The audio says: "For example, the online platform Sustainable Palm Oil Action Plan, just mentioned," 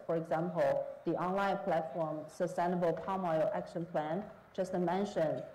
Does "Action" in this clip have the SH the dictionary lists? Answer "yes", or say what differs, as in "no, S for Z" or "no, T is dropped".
yes